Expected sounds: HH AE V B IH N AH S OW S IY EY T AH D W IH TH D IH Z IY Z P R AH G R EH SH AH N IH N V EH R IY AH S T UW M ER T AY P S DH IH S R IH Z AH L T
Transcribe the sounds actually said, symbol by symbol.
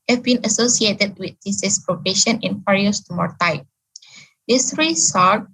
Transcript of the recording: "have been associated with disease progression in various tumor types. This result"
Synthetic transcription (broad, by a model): HH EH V B IH N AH S OW S IY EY T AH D W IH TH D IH S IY S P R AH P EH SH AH N IH N F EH R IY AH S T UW M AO T AY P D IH S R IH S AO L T